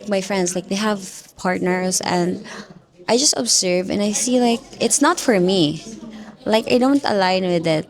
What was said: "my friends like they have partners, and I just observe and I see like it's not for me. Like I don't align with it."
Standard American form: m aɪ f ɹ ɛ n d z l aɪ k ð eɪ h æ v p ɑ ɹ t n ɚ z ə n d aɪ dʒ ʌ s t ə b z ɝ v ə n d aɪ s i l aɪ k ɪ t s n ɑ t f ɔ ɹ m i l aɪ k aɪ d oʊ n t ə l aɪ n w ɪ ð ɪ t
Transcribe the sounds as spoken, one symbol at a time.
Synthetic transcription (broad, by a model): m aɪ f ɹ ɛ n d s l aɪ k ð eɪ h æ v p ɑ ɹ t n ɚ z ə n d aɪ dʒ ʌ s t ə b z ɝ v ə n aɪ s i l aɪ k ɪ t s n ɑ t f ɔ ɹ m i l aɪ k aɪ d oʊ n t ə l aɪ n w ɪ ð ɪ t